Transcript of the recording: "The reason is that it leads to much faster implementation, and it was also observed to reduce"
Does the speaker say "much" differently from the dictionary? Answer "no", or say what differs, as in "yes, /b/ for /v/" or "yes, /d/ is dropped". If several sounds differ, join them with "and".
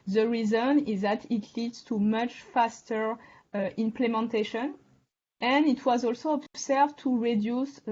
no